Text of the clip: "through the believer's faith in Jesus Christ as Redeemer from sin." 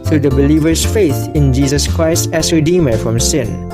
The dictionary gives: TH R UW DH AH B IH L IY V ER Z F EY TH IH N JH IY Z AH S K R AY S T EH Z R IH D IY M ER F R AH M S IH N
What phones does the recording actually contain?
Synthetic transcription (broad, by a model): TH R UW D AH B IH L IY V ER S F EY TH IH N JH IY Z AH S K R AY S T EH S R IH D IY M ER F R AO M S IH N